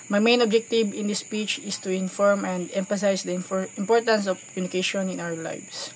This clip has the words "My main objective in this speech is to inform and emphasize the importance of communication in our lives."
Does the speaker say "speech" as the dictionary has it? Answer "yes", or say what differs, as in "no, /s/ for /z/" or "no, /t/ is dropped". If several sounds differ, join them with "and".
yes